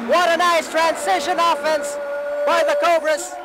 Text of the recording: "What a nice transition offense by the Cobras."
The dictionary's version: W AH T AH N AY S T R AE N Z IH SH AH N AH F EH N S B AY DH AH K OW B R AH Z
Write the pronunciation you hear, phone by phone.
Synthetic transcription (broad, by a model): W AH T AH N AY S T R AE N S IH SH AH N AH F EH N S B AY DH AH K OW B R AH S